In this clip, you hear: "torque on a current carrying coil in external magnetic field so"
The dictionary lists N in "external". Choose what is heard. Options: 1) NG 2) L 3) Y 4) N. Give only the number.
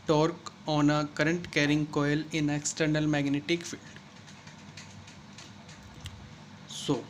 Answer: 4